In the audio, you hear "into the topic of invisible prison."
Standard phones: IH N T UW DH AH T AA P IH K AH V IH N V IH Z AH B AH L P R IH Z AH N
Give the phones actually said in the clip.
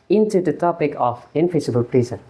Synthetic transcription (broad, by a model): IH N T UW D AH T AA P IH K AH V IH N F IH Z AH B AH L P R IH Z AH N